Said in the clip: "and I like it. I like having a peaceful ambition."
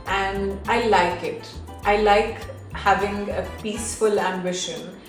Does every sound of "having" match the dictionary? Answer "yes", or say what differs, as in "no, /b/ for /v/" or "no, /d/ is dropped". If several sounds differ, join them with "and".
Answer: yes